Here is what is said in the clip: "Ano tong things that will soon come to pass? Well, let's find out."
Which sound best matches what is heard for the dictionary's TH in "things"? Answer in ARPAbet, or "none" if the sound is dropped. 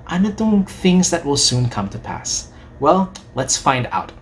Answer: TH